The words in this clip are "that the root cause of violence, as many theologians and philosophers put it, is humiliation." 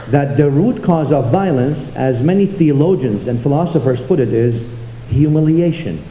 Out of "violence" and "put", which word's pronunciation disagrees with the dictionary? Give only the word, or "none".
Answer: none